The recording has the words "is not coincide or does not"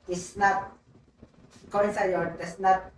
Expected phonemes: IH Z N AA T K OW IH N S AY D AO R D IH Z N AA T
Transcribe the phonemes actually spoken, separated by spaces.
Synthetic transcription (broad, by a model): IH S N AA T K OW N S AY AO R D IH S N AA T